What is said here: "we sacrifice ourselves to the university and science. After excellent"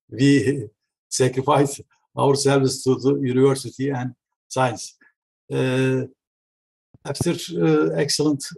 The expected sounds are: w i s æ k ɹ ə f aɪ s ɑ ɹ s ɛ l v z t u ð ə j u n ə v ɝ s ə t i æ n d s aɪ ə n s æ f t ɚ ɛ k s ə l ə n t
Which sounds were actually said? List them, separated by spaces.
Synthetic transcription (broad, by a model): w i s æ k ɹ ə f aɪ s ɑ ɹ s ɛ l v s t u ð ə j u n ə v ɝ s ə t i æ n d s aɪ ə n s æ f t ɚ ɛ k s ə l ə n t